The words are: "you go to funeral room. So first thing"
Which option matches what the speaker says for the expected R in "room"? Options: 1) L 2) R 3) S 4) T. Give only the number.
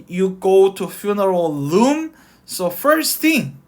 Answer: 1